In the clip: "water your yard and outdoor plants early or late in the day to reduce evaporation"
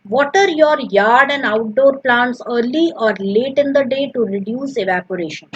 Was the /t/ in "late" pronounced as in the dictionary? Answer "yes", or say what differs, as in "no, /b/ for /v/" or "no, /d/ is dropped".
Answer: yes